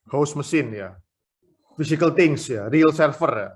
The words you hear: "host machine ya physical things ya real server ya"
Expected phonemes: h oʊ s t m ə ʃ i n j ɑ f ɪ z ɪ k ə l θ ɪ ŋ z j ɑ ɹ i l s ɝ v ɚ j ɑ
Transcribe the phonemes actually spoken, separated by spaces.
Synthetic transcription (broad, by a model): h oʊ s m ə s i n j ɑ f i s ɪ k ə l t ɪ ŋ s j ɑ ɹ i l s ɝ f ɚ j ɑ